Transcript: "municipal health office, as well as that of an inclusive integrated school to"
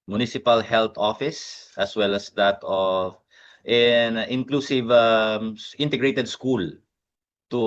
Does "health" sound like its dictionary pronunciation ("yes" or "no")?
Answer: no